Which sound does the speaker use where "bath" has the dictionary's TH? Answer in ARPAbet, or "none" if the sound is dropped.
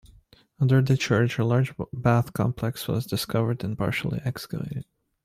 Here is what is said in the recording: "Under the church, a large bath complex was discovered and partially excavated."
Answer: TH